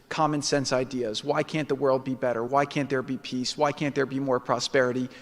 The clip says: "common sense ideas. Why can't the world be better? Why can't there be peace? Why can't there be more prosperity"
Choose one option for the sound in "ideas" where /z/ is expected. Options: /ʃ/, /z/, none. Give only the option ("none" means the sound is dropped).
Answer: /z/